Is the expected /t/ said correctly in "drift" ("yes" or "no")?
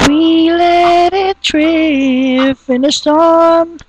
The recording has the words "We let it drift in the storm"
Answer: no